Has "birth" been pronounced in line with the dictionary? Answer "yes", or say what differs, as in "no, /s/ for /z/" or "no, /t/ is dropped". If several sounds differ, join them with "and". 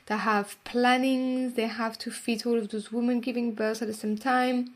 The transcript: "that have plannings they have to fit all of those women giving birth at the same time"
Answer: no, /s/ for /θ/